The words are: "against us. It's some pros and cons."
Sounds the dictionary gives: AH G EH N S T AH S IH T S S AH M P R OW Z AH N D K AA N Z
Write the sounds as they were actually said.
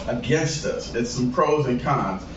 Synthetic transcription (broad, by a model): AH G EH N S T AH S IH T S S AH M P R OW Z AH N K AA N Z